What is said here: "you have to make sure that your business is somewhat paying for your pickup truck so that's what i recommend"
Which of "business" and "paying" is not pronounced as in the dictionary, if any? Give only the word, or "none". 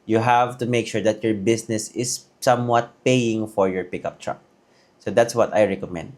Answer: business